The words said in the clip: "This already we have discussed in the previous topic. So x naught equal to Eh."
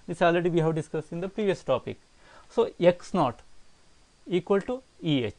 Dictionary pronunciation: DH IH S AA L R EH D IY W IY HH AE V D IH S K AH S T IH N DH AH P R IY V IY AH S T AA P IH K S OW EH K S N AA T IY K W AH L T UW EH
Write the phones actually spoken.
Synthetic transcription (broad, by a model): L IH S AA L R EH D IY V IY HH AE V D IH S K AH S IH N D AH P R IY V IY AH S T AA P IH K S OW EH K S N AA T IY K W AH L T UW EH